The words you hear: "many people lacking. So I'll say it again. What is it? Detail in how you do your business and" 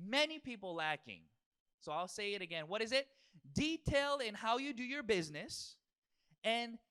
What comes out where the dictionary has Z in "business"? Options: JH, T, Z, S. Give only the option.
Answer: Z